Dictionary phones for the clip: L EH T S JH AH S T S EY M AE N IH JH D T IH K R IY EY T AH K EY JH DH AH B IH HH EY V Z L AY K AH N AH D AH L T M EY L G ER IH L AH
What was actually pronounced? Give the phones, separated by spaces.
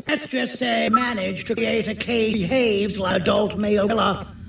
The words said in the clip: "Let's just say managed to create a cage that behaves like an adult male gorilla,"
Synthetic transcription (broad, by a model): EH T S JH AH S T S EY M AE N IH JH T IH K R IY EY T AH K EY IH HH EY V Z L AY AH AH D AH L T M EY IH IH L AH